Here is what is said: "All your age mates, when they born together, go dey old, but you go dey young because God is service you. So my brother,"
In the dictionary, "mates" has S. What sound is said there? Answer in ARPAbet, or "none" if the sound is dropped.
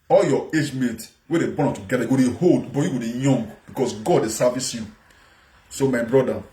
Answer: none